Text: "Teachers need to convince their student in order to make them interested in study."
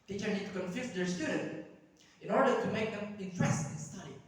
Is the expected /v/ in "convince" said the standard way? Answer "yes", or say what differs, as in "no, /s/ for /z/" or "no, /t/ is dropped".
no, /f/ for /v/